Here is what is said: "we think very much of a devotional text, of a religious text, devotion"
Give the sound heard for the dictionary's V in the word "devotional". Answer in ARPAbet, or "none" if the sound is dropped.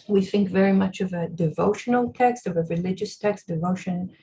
V